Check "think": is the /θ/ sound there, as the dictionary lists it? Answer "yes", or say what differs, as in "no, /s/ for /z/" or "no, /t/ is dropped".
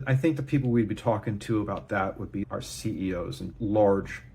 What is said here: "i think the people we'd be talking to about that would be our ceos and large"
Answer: yes